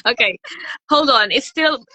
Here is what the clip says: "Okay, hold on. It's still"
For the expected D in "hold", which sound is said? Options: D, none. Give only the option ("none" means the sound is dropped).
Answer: D